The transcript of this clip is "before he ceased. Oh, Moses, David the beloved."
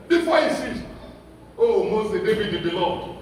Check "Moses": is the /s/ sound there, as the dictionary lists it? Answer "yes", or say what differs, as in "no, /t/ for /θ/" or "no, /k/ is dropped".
no, /s/ is dropped